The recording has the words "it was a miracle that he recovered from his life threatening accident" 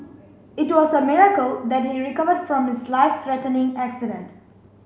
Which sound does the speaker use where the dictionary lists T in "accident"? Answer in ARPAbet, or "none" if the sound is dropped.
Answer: T